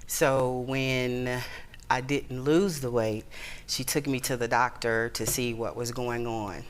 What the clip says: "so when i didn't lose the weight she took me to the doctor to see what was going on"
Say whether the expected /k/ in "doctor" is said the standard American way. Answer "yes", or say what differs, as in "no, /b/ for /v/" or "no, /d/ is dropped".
yes